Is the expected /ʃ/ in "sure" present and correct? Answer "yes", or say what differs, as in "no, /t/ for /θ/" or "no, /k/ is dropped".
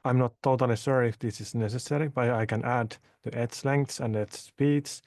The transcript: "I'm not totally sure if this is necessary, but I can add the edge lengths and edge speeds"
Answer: no, /s/ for /ʃ/